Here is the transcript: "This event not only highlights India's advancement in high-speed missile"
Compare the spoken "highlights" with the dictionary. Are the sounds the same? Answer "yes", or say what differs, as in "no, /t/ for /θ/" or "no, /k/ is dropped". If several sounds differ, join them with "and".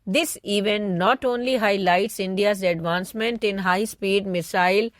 yes